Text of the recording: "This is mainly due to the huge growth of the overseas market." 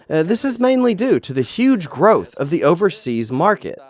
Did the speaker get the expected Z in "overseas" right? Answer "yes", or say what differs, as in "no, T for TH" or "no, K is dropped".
yes